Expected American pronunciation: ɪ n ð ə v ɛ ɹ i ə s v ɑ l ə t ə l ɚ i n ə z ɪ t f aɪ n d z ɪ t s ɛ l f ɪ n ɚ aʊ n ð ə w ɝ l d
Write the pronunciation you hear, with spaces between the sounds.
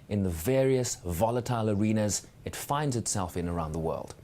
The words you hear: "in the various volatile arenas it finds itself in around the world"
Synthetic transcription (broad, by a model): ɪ n ð ə v ɛ ɹ i ə s v ɑ l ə t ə l ɚ i n ə z ɪ t f aɪ n d z ɪ t s ɛ l f ɪ n ɚ aʊ n ð ə w ɝ l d